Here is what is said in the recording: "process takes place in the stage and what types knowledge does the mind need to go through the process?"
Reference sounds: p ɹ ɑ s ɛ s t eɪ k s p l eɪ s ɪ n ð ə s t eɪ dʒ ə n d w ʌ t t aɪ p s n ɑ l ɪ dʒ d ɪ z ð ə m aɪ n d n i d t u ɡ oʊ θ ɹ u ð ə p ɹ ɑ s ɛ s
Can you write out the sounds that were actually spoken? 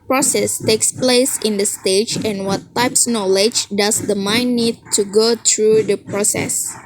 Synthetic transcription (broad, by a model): p ɹ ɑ s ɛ s t eɪ k s p l eɪ s ɪ n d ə s t eɪ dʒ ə n w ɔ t t aɪ p s n ɑ l ɪ dʒ d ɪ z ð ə m aɪ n n i d t u ɡ oʊ t ɹ u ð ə p ɹ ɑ s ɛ s